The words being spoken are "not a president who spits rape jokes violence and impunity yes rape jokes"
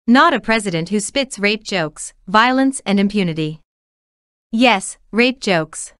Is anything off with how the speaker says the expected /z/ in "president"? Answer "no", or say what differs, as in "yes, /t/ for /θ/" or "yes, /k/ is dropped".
no